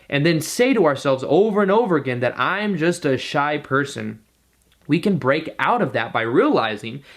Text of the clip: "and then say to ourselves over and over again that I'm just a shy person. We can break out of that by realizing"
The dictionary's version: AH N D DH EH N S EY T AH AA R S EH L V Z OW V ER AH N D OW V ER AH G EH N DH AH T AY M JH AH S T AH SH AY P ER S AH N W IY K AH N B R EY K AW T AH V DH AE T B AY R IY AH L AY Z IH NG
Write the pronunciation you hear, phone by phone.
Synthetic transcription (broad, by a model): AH N DH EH N S EY T AH AA R S EH L V Z OW V ER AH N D OW V ER AH G EH N DH AH T AY M JH AH S T AH SH AY P ER S AH N W IY K AH N B R EY K AW T AH V DH AE T B AY R IY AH L AY Z IH NG